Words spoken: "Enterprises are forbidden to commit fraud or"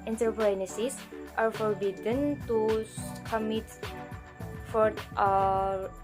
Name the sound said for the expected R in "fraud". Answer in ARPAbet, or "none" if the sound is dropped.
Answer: none